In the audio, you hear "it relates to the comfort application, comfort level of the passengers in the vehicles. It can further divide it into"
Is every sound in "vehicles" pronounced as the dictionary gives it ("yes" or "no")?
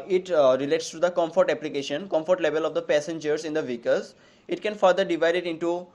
no